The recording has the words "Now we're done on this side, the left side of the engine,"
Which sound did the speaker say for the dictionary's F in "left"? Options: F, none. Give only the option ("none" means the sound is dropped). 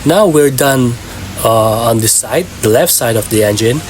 F